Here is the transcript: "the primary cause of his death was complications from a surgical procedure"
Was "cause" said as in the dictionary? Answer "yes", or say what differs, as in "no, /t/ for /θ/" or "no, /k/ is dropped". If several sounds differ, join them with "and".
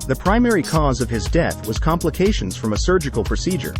yes